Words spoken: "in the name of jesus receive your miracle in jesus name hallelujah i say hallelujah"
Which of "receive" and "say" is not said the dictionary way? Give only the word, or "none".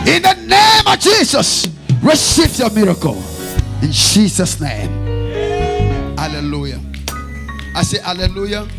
receive